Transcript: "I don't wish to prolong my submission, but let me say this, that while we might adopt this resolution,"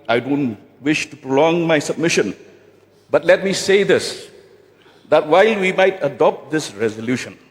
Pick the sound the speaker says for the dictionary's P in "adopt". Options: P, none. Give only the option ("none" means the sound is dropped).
P